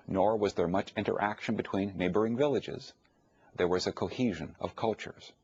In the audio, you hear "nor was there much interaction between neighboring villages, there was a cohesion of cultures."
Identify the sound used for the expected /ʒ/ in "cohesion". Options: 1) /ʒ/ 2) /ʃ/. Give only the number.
1